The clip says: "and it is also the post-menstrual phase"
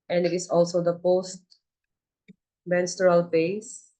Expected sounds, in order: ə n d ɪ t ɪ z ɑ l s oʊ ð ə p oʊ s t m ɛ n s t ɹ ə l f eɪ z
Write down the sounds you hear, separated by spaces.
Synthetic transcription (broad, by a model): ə n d ɪ t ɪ s ɑ l s oʊ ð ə p oʊ s t m ɛ n s t ɹ ə l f eɪ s